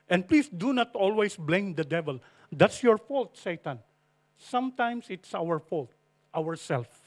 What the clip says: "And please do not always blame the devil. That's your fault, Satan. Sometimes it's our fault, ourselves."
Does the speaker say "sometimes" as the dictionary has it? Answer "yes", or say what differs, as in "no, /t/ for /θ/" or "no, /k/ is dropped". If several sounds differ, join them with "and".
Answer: no, /s/ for /z/